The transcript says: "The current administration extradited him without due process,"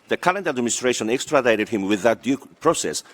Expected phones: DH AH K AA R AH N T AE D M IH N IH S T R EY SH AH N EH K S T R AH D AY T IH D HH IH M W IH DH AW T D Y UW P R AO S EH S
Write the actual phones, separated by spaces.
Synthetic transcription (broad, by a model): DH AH K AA L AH N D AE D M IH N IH S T R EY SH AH N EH K S T R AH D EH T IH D HH IH M W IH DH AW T D Y UW P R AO S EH S